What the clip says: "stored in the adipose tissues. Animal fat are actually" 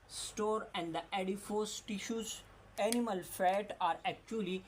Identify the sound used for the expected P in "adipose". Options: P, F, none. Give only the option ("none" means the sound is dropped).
F